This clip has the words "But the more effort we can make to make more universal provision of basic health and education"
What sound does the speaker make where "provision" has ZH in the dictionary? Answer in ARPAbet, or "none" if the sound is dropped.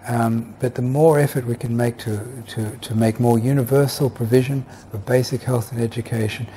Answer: ZH